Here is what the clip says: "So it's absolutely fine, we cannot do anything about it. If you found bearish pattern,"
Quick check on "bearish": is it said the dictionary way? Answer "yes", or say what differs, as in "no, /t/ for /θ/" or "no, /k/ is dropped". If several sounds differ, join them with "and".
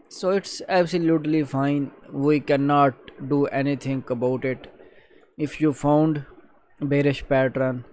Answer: yes